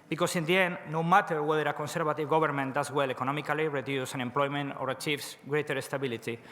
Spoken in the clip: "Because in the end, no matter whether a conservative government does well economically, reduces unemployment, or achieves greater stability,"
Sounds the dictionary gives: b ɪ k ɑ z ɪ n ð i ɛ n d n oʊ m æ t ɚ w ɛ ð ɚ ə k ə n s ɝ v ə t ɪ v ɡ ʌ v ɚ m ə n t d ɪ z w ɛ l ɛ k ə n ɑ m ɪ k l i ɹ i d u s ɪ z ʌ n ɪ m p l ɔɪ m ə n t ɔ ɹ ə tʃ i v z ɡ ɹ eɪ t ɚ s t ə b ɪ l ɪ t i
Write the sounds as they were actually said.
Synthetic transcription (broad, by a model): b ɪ k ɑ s ɪ n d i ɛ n n oʊ m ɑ t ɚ w ɛ ð ɚ ə k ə n s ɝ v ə t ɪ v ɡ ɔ b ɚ m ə n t d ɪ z w ɛ l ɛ k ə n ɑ m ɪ k l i ɹ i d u s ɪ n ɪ m p l ɔɪ m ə n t ɔ ɹ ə tʃ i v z ɡ ɹ eɪ t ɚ s t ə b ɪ l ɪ t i